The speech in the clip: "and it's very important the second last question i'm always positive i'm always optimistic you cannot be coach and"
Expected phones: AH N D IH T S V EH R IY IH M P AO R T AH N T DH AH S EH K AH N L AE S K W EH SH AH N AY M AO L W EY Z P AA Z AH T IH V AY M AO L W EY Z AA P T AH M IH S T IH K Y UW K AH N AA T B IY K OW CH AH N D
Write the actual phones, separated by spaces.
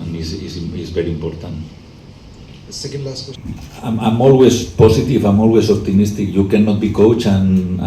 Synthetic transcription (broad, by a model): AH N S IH S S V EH R IY M P AO R T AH N T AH S EH K AH N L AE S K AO AH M AY M AO L W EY S P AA S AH T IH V AY M AO L W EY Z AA P T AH M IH S T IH K Y UW K AH N AA T B IY K OW CH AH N